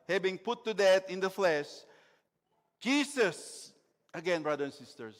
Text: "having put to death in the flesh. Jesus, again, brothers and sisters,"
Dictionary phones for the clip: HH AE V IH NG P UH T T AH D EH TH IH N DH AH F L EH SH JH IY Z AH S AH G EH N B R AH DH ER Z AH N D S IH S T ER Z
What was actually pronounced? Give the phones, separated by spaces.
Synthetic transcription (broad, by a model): HH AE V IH NG P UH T T AH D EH T IH N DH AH F L EH SH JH IY S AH S AH G EH N B R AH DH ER AH N S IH S T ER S